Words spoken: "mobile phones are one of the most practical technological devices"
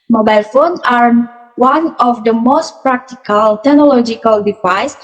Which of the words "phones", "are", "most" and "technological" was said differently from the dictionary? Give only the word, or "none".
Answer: phones